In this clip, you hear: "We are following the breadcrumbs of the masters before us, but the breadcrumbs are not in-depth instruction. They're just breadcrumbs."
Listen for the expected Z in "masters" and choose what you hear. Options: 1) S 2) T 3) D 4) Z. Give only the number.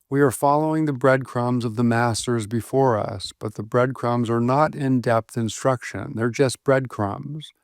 4